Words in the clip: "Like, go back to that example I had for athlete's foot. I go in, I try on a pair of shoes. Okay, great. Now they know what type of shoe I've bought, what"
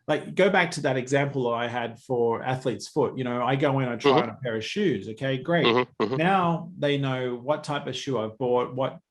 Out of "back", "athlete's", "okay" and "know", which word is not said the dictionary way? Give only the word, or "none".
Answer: none